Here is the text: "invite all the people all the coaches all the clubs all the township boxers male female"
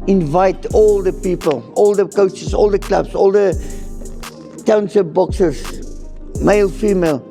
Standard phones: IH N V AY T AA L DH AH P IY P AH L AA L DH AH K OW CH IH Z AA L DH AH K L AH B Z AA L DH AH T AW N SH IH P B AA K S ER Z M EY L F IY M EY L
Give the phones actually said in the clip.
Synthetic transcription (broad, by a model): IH N V AY T AA L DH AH P IY P AH L AA L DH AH K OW CH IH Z AA L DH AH K L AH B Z AA L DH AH T AW N S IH B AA K S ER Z M EY L F IY M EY L